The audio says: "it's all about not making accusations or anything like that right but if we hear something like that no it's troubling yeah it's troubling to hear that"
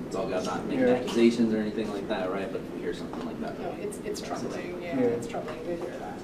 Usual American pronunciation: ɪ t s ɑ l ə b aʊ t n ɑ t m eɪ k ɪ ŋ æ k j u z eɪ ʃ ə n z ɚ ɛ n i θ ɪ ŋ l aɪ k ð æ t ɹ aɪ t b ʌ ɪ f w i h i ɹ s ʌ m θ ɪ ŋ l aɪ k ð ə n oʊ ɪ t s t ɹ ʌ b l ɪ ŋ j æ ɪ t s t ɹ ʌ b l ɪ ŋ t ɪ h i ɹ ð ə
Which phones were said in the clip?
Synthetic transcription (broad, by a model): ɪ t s ɑ l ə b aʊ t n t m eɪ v æ k j u z eɪ ʃ ə n z ɚ ɛ n i θ ɪ ŋ l aɪ k ð æ t ɹ aɪ t b ʌ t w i h i ɹ s ʌ m θ ɪ ŋ l aɪ k ð ə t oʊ ɪ t s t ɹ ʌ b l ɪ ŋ j æ ɪ t s t ɹ ʌ b l ɪ ŋ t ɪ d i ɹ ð